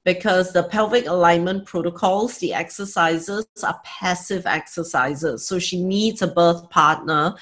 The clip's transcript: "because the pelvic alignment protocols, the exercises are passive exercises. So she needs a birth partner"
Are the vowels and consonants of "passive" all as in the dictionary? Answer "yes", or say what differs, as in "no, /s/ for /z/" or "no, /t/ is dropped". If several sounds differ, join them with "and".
yes